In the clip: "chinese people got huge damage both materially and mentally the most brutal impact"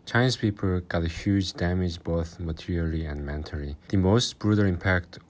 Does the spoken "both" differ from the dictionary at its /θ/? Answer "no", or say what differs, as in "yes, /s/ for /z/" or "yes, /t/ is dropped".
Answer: no